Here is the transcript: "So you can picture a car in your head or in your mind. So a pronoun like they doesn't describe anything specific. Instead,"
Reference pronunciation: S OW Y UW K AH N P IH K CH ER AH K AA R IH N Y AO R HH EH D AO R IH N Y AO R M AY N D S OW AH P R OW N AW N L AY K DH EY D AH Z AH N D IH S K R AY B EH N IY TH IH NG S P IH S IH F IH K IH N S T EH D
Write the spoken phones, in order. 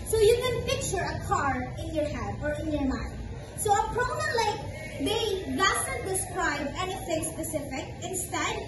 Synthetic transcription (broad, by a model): S OW Y UW K AH N P IH K CH ER AH K AA R IH N Y AO R HH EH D AO R IH N Y AO R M AY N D S OW AH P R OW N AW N L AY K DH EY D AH S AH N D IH S K R AY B EH N IY TH IH NG S P IH S IH F IH K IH N S T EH D